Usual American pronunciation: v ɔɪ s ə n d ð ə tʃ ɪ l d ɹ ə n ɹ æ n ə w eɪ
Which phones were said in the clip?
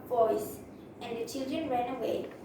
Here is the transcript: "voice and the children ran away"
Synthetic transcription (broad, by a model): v ɔɪ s ə n d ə tʃ ɪ l d ɹ ə n ɹ æ n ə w eɪ